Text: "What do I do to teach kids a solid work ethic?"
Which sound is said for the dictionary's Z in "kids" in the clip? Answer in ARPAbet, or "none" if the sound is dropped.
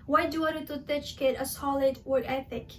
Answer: none